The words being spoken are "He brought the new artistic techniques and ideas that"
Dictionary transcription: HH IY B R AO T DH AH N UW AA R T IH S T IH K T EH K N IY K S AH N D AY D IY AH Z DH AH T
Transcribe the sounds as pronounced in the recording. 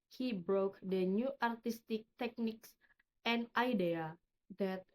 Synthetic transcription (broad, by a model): HH IY B R AO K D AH N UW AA R T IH S T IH K T EH K N IY K S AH N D AY D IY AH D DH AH T